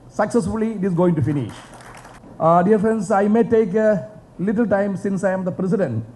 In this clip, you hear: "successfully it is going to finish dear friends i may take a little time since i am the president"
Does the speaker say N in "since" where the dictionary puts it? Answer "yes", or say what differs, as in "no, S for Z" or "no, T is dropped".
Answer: yes